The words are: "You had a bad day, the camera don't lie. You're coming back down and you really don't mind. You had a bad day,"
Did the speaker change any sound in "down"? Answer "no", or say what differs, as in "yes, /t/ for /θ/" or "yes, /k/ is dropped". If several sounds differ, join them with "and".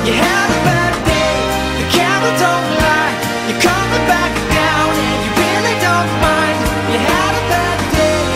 yes, /n/ is dropped